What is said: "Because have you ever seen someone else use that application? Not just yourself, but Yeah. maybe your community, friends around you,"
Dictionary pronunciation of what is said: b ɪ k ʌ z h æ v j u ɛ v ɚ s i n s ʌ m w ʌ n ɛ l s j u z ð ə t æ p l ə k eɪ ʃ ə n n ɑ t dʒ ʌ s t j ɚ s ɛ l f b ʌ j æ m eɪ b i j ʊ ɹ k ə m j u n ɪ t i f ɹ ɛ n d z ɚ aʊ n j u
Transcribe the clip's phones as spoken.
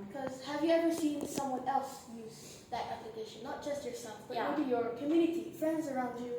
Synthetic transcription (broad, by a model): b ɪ k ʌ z h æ v j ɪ ɛ v ɚ s i n s ʌ m w ʌ n ɛ l s j u z ð ə t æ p l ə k eɪ ʃ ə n n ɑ t dʒ ʌ s t j ɚ s ɛ l f b ʌ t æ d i j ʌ ɹ k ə m j u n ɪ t i f ɹ ɛ n d z ɚ aʊ n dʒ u